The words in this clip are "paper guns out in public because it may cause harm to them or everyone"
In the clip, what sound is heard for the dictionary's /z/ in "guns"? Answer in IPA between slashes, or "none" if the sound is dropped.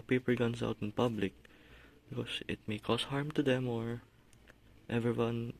/s/